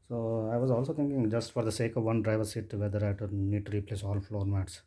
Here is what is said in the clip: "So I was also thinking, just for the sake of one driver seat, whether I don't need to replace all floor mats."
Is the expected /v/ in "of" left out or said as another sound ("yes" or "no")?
no